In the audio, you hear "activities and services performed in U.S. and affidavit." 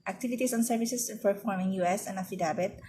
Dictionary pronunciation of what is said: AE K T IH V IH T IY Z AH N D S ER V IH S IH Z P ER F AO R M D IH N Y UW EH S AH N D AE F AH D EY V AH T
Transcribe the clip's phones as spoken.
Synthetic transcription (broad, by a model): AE K T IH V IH T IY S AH N S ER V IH S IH S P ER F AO R M IH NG Y UW EH S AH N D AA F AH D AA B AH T